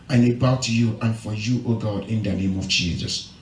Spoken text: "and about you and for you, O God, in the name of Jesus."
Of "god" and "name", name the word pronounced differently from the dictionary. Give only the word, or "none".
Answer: none